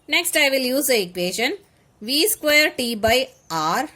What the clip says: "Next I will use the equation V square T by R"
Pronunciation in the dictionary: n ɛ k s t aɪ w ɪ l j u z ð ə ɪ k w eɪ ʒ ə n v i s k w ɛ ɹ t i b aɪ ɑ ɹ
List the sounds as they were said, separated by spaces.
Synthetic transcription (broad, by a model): n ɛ k s t aɪ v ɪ l j u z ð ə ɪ k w eɪ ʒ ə n v i s k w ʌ ɹ t i b aɪ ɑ ɹ